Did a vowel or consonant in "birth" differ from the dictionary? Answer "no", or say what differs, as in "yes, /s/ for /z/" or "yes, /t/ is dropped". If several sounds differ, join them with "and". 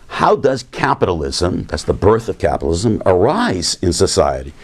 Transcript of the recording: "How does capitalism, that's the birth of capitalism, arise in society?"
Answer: no